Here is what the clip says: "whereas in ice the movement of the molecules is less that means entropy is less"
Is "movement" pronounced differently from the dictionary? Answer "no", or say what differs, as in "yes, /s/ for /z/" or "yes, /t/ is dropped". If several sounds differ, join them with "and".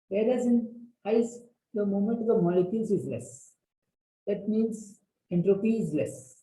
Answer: yes, /v/ is dropped